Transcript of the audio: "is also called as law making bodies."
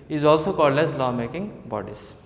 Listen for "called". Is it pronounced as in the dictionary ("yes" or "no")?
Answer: yes